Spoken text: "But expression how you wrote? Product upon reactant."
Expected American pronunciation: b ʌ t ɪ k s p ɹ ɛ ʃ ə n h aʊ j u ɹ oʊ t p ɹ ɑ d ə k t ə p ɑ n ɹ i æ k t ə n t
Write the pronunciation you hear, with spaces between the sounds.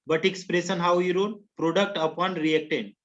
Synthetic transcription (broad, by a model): b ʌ t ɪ k s p ɹ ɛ s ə n h aʊ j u ɹ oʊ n p ɹ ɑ d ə k t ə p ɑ n ɹ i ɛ k t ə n